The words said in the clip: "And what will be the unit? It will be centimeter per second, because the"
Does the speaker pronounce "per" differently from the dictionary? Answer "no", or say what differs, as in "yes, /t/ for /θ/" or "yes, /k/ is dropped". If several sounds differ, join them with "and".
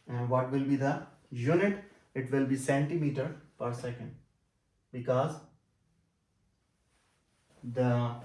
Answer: no